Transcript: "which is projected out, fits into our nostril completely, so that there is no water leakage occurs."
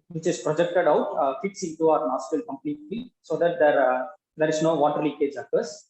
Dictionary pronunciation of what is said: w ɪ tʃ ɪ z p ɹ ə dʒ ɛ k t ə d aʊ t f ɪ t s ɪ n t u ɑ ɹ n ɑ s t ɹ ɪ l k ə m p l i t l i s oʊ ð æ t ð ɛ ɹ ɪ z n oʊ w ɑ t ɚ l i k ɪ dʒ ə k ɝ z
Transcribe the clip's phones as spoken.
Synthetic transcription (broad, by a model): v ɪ tʃ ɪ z p ɹ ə dʒ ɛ k t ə d aʊ t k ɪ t s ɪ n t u ɑ ɹ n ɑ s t ɪ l k ə m p l i t l i s oʊ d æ t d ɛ ɹ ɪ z n oʊ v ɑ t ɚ l i k ɪ dʒ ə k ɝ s